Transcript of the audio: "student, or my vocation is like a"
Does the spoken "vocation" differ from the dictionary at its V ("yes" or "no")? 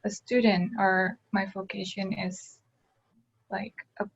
no